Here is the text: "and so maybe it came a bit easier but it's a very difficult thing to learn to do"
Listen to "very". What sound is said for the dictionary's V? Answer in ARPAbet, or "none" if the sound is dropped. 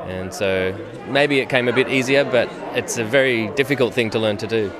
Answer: V